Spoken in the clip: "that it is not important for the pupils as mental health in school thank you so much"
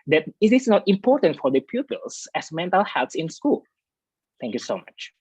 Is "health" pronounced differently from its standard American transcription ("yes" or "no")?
yes